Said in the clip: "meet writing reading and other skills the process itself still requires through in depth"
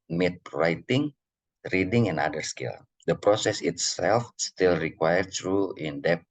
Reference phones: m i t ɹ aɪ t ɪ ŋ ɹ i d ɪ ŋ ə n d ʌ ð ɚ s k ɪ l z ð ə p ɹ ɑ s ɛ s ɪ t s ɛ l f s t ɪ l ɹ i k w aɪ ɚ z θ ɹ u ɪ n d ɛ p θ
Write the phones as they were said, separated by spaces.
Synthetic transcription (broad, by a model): m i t ɹ aɪ t ɪ ŋ ɹ i d ɪ ŋ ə n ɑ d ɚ s k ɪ l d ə p ɹ ɑ s ɛ s ɪ t s ɛ l f s t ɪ l ɹ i k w aɪ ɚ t ɹ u ɪ n d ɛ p